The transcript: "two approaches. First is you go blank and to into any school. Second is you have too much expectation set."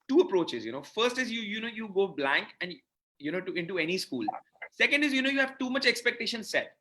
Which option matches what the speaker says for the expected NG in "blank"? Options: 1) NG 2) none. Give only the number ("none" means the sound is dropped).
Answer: 1